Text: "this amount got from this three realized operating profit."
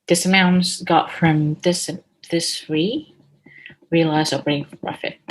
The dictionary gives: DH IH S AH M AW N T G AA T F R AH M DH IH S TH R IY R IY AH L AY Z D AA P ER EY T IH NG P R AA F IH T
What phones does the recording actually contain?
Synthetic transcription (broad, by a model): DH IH S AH M AW N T G AA T F R AH M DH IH S S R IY R IY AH L AY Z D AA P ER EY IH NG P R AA F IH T